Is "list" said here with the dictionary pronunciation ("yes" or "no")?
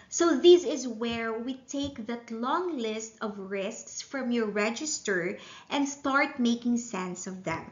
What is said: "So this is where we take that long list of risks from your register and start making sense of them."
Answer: yes